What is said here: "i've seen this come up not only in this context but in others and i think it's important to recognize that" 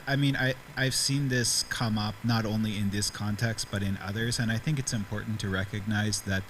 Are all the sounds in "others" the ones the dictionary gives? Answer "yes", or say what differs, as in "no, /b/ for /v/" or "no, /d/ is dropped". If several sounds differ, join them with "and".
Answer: yes